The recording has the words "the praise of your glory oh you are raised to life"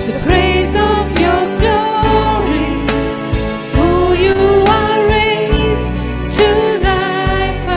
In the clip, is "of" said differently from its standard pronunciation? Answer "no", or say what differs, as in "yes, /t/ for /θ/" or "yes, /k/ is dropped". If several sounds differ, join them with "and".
no